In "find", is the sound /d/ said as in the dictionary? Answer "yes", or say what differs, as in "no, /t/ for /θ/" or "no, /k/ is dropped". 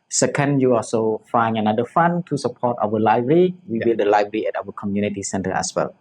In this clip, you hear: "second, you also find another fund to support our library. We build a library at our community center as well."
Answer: no, /d/ is dropped